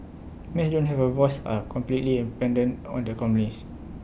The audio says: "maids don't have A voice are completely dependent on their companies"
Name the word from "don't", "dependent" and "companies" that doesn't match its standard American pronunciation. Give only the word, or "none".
companies